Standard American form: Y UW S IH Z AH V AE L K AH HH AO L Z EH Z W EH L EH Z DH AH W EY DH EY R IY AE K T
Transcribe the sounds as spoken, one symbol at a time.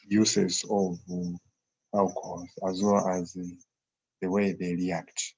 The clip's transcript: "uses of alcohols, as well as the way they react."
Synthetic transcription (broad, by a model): Y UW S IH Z AH V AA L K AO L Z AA Z W EH L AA Z DH AH W EY DH EY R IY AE K T